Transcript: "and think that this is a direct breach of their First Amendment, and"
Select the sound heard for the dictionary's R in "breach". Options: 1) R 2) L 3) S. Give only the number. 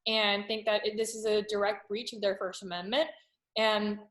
1